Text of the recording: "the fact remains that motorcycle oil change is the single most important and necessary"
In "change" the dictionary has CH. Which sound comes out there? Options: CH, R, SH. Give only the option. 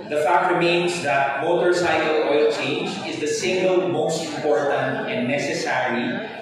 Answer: CH